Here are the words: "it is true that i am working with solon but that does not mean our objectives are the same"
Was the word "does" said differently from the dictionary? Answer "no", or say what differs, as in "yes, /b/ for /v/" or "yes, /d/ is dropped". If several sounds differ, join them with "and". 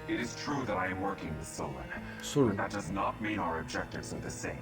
no